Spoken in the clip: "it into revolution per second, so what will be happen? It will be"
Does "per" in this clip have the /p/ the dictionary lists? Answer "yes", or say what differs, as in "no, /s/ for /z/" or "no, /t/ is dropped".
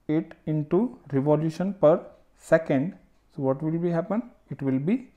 yes